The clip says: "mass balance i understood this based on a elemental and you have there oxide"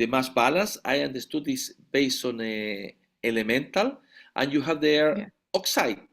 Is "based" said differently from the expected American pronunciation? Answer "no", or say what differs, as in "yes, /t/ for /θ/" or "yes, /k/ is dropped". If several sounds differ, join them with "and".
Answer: yes, /t/ is dropped